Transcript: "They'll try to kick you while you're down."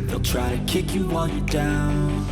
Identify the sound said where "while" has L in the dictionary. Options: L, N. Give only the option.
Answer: N